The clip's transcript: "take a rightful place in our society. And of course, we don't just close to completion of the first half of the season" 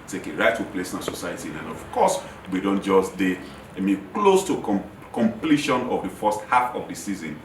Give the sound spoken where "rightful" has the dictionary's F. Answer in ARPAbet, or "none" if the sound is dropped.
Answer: none